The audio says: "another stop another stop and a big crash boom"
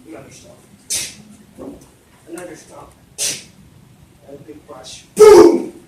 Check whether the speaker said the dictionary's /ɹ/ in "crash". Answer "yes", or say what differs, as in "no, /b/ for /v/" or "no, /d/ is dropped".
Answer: no, /ɹ/ is dropped